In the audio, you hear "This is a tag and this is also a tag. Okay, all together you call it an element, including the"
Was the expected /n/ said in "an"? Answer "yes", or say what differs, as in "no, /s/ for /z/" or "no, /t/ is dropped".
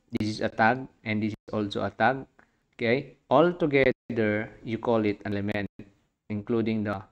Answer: no, /l/ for /n/